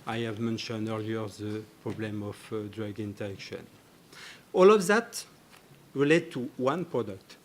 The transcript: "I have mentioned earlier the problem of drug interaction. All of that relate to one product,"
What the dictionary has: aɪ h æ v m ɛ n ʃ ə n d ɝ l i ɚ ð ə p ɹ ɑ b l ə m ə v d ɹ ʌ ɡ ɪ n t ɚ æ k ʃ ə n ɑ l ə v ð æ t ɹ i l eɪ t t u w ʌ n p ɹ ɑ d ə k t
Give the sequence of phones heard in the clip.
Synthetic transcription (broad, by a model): aɪ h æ v m ɛ n ʃ ə n d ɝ l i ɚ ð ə p ɹ ɑ b l ə m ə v d ɹ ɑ ɡ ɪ n t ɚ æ k ʃ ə n ɑ l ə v ð æ t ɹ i l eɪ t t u w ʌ n p ɹ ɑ d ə k t